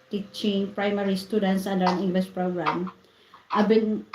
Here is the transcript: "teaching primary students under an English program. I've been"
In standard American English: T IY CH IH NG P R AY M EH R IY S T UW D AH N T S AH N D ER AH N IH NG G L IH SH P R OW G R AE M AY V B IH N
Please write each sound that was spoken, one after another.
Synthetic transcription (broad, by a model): T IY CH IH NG P R AY M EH R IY S T UW D AH N T S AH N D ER AH N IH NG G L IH S P R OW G R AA M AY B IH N